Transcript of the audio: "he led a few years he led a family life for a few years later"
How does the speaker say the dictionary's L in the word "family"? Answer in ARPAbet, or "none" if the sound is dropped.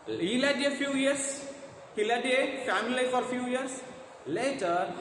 none